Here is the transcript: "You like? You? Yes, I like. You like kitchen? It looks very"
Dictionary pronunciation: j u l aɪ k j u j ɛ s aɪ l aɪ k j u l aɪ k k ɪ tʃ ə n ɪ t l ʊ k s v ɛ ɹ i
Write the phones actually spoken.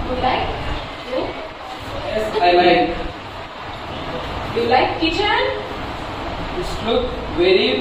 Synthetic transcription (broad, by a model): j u l aɪ k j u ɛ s aɪ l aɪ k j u l aɪ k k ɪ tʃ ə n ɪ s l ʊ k v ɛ ɹ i